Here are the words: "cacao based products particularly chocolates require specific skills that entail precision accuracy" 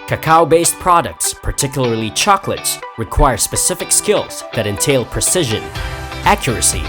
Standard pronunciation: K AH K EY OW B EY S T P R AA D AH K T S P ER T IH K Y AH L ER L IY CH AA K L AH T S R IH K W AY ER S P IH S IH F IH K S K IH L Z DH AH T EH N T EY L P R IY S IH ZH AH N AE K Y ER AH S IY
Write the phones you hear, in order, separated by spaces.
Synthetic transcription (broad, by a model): K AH K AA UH B EY S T P R AA D AH K T S P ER T IH K Y L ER L IY CH AA K L AH T S R IH K W AY ER S P IH S IH F IH K S K IH L Z DH AH T EH N T EY L P R IY S IH ZH AH N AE K Y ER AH S IY